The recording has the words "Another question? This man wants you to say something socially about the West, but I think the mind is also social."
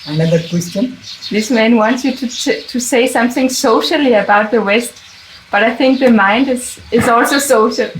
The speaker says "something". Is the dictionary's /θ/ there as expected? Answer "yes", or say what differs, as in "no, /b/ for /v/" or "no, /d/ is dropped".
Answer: yes